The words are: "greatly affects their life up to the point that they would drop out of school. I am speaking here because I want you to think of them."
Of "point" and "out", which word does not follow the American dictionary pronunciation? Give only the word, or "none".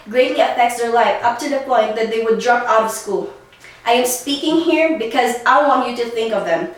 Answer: none